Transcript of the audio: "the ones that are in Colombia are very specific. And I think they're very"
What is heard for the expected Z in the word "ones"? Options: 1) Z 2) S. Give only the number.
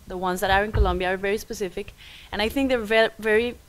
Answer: 1